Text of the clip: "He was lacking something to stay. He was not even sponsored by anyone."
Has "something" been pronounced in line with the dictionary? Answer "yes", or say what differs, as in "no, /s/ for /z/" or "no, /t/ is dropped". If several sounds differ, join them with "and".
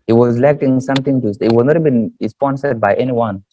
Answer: no, /t/ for /θ/